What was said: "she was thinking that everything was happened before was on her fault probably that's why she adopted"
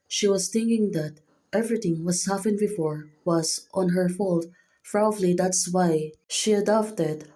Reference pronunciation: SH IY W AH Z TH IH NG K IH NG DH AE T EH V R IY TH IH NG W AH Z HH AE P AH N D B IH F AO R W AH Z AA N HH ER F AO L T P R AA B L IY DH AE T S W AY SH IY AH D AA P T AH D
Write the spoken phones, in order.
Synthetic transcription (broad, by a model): SH IY W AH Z TH IH NG K IH NG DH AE T EH V R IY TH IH NG W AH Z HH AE F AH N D B IH F AO R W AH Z AA N HH ER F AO L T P R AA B L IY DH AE T S W AY SH IY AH D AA P T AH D